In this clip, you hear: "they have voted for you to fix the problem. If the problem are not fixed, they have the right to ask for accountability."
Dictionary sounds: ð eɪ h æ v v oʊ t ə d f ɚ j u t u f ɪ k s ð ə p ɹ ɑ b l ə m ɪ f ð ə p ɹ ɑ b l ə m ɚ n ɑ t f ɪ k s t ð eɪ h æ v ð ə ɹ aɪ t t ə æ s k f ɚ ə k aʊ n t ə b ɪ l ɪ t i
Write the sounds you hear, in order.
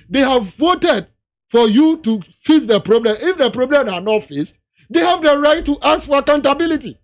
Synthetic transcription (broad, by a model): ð eɪ h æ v v oʊ t ə d f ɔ j u t u f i s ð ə p ɹ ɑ b l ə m ɪ f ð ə p ɹ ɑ b l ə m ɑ n ɑ t f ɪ s t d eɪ h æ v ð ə ɹ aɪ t t ə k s f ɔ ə k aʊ n t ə b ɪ l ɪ t i